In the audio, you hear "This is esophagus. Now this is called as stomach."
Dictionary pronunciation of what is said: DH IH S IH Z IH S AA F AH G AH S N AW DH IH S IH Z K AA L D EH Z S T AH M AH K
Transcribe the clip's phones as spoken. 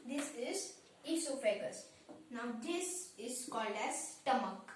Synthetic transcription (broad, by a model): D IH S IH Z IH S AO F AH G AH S N AW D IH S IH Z K AA L D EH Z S T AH M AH K